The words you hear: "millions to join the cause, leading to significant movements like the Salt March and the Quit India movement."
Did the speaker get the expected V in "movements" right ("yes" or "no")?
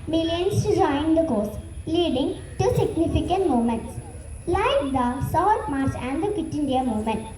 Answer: no